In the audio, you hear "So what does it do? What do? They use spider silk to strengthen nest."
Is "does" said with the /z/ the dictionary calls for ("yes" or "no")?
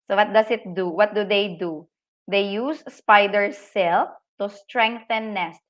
no